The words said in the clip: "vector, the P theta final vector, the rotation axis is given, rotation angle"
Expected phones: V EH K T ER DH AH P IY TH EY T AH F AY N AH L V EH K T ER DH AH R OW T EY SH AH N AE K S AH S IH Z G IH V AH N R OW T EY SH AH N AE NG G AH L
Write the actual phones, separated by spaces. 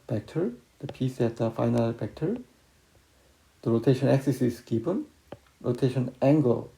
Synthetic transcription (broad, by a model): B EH K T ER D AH P IY S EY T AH F AY N AH L F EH K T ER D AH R OW T EY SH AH N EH K S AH S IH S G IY P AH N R OW T EY SH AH N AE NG G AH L